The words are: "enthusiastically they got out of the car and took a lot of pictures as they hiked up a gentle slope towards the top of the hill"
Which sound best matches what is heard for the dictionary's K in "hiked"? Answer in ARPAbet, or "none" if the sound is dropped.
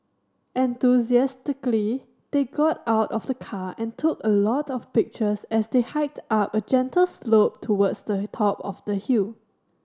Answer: K